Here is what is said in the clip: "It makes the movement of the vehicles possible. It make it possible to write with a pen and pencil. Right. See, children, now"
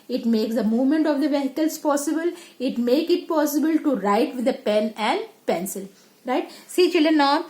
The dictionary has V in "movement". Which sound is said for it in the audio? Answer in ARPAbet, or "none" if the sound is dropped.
V